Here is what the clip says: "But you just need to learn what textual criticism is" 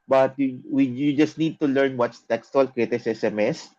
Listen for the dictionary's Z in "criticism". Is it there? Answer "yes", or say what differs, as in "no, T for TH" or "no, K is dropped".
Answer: no, S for Z